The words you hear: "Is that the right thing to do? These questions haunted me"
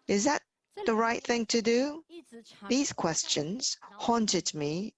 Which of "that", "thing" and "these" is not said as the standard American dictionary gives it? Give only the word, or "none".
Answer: none